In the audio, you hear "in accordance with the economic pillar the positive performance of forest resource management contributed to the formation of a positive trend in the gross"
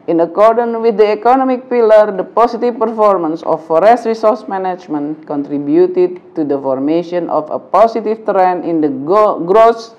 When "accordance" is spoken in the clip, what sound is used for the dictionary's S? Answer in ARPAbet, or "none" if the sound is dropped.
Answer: none